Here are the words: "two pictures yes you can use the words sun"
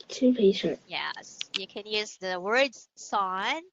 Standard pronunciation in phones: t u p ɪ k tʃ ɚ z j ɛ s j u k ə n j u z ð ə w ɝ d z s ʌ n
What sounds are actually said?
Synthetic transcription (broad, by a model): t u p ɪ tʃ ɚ j ɛ s j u k ə n j u z ð ə w ɝ d z s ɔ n